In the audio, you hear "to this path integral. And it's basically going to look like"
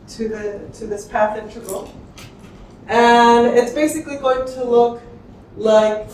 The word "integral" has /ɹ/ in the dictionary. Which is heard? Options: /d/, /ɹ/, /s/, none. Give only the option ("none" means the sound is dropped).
none